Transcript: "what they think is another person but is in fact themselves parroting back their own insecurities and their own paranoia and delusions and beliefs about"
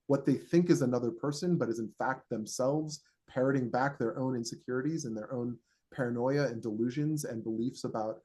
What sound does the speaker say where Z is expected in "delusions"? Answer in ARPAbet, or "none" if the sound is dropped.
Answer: Z